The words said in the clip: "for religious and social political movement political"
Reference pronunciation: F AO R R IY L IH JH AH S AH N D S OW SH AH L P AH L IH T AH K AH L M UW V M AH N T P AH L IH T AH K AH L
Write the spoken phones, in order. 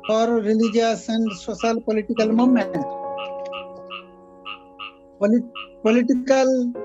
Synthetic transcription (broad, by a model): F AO R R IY L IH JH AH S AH N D S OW S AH L P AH L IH T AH K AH L M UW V M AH N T P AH L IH T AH K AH L